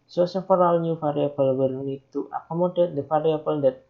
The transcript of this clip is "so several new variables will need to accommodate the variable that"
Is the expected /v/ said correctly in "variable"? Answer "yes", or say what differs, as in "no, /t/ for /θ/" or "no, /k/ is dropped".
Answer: no, /f/ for /v/